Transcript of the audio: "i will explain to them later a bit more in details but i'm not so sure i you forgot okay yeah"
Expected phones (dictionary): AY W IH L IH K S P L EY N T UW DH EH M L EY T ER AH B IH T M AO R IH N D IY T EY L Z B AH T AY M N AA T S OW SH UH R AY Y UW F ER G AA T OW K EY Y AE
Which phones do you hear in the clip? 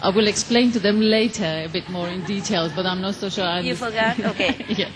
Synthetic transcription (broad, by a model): AY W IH L IH K S P L EY N T UW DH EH M L EY T ER AH B IH T M AO R IH N D IY T EY L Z B AH T AY M N AA T S OW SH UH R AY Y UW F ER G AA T OW K EY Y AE